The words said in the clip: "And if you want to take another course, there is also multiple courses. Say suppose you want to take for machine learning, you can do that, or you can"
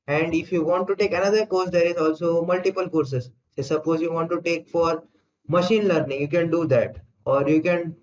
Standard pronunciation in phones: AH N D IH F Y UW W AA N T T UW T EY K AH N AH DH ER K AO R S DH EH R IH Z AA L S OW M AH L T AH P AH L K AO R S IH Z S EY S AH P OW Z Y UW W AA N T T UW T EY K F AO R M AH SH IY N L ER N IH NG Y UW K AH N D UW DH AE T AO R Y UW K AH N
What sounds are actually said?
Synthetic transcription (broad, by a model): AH N D IH F Y UW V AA N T T UW T EY K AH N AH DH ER K AO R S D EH R IH Z AA L S OW M AH L T AH P AH L K AO R S IH Z S EY S AH P OW Z Y UW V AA N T T UW T EY K F AO R M AH SH IY N L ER N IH NG Y UW K AH N D UW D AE T AO R Y UW K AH N